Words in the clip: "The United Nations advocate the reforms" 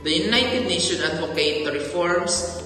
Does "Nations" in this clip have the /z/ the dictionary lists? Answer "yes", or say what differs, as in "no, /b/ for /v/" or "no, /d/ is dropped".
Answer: no, /z/ is dropped